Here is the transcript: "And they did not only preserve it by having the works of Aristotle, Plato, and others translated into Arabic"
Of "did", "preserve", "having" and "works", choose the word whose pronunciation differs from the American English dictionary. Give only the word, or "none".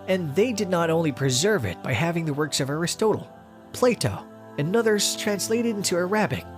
none